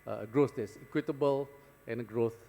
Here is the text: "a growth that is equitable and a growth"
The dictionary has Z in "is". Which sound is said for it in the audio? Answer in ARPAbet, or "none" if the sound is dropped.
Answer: S